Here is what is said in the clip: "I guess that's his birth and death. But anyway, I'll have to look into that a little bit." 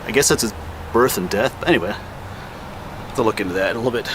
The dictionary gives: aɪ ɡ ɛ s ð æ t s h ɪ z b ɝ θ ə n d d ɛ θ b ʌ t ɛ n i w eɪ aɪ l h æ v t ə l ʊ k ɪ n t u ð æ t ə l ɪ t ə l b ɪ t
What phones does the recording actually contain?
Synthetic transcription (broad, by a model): aɪ ɡ ɛ s ð æ t s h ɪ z b ɝ θ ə n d d ɛ θ b ʌ t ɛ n i w eɪ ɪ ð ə l ʊ k ɪ n t u ð æ t ə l ɪ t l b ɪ t